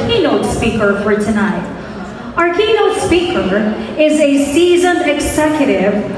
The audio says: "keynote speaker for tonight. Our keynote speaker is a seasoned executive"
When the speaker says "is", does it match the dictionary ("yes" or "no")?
yes